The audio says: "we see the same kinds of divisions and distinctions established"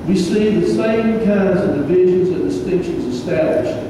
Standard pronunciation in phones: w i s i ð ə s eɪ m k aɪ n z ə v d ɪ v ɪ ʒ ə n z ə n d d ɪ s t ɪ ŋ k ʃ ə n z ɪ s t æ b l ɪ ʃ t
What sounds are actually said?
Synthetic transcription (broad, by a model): w i s i ð ə s eɪ m k aɪ n z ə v d ɪ v ɪ ʒ ə n z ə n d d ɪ s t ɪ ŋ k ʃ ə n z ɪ s t æ b l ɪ ʃ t